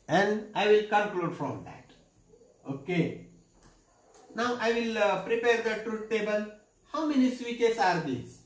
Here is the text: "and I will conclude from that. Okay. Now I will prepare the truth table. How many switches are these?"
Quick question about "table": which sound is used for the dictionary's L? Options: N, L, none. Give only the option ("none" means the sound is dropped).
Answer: N